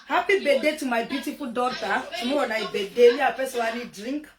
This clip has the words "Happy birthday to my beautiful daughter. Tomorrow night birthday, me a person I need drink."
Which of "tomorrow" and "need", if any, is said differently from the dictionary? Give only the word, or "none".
tomorrow